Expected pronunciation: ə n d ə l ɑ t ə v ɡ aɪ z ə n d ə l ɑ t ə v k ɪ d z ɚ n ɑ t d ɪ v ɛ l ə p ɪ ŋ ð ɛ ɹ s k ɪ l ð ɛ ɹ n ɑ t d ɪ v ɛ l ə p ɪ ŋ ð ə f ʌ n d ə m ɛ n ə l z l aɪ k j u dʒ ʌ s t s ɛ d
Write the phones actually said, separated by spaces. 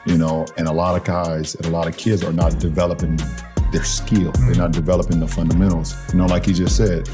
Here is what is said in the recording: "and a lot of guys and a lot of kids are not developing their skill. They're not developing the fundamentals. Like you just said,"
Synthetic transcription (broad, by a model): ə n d ə l ɑ t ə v ɡ aɪ z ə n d ə l ɑ t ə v k ɪ d z ɚ n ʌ t d ɪ v ɛ l ə p ɪ ŋ ð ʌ ɹ s k ɪ l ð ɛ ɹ n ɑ t d ɪ v ɛ l ə p ɪ ŋ ð ə f ʌ n d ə m ɛ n l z l aɪ k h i dʒ ʌ s t s ɛ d